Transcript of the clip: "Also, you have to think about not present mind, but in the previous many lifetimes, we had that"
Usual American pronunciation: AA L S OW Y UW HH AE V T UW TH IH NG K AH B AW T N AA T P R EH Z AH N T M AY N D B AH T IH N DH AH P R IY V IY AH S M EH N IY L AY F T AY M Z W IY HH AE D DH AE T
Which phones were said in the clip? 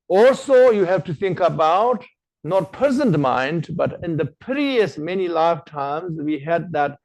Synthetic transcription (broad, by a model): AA L S OW Y UW HH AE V T UW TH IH NG K AH B AW T N AA T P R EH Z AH N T M AY N D B AH T IH N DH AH P IY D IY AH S M EH N IY L AY F T AY M Z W IY HH AE D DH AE T